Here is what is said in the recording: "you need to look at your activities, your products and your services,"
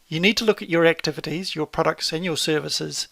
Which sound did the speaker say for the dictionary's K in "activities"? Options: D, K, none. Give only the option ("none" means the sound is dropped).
K